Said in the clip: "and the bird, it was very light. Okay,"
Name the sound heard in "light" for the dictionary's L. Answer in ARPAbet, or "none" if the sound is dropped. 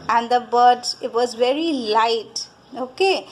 L